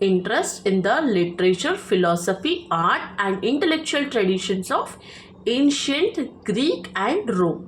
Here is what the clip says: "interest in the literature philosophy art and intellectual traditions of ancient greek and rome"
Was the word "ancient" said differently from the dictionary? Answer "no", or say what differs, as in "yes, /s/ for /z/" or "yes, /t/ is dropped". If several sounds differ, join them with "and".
no